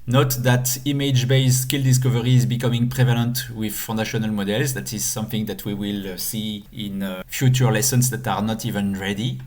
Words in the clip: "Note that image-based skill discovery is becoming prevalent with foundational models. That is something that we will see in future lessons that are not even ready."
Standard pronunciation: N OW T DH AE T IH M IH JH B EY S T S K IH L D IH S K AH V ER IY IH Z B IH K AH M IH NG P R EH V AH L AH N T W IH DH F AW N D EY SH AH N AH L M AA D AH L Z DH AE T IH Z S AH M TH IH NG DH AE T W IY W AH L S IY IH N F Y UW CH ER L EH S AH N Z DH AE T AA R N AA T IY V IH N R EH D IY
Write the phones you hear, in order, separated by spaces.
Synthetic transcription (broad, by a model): N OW T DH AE T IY M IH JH B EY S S K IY L D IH S K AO V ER IY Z B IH K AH M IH NG P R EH V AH L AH N T W IH DH F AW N D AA SH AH N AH L M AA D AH L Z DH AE T IH Z S AH M TH IH NG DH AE T W IY W AH L S IY IH N F Y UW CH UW L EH S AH N S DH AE T AA R N AA T IY V IH N R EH D IY